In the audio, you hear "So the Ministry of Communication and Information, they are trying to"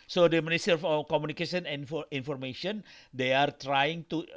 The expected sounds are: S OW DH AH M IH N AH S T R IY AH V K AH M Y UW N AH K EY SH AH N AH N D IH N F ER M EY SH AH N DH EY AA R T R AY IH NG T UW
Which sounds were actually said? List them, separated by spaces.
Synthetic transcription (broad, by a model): S OW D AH M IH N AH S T IY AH F K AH M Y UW N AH K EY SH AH N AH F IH N F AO M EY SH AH N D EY AA R T R AY IH NG T UW